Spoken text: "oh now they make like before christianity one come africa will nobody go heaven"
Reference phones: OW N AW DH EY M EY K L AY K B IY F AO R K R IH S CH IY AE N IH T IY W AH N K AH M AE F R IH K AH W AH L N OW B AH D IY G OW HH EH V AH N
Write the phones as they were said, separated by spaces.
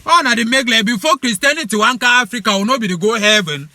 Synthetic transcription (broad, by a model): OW N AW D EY M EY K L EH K B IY F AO K R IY S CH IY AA N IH T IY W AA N K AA AA F R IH K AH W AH N OW B AH D IY G OW HH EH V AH N